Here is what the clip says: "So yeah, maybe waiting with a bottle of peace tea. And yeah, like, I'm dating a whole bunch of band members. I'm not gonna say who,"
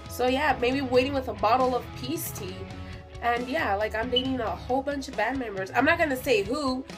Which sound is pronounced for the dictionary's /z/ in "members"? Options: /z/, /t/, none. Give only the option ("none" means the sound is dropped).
/z/